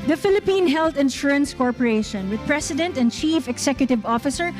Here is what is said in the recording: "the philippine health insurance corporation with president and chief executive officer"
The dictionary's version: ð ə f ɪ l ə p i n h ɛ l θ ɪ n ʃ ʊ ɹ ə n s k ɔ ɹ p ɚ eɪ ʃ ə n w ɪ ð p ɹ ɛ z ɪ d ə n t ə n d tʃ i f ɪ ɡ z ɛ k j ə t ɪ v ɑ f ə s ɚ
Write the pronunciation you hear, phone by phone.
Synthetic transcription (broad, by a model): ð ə f ɪ l ə p i n h ɛ l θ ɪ n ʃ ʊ ɹ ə n s k ɔ ɹ p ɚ eɪ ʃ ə n w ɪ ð p ɹ ɛ s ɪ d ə n t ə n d tʃ i f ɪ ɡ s ɛ k j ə t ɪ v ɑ f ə s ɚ